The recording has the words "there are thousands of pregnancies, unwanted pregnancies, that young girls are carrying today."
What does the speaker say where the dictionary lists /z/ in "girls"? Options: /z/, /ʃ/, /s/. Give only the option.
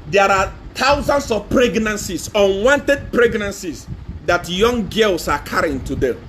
/s/